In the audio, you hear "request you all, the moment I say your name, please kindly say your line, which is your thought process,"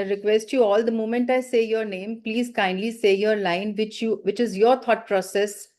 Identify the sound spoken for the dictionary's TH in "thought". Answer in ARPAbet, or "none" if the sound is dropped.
T